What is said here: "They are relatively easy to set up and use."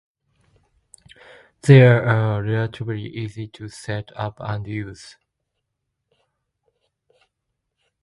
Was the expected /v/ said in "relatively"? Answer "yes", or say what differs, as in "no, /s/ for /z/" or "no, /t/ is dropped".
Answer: no, /b/ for /v/